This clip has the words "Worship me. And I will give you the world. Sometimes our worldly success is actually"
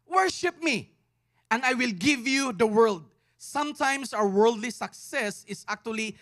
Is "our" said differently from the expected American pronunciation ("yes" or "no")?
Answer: yes